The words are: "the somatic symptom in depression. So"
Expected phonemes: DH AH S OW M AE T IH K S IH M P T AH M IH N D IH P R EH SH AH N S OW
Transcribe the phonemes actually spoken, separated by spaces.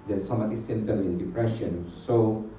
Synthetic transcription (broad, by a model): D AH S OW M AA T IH S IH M T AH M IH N D IH P R EH SH AH N S OW